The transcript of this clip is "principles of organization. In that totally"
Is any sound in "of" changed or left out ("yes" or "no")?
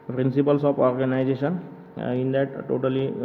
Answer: yes